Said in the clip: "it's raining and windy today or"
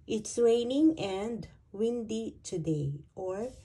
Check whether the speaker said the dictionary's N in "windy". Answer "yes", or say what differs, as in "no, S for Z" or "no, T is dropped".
yes